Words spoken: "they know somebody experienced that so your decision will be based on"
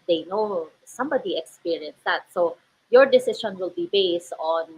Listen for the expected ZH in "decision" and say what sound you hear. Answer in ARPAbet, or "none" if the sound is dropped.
SH